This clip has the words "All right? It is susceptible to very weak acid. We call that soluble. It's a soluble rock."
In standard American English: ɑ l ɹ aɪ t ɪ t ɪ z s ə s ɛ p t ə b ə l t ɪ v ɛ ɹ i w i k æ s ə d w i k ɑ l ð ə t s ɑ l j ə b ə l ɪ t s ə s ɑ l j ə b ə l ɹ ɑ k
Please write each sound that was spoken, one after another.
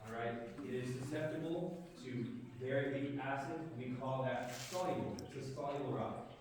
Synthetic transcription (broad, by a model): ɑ ɹ aɪ t ɪ t ɪ z s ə s ɛ p t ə b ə l t ɪ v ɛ ɹ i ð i æ s ə d w i k ɑ l ð ə t s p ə ə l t ə s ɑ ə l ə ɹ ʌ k